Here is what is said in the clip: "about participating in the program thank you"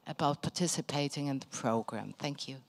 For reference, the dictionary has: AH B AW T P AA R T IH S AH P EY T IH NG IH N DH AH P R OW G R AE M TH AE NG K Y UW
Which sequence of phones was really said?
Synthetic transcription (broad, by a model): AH B AW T P AA T IH S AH P EY T IH NG IH N DH AH P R OW G R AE M TH AE NG K Y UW